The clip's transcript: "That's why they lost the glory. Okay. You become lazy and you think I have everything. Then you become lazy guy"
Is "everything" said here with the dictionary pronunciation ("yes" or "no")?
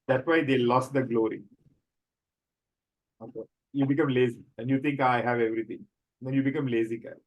no